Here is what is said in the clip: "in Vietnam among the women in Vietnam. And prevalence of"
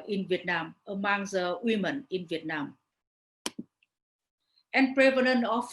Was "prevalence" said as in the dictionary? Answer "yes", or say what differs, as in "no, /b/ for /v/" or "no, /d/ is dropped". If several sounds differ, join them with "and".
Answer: no, /n/ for /l/ and /s/ is dropped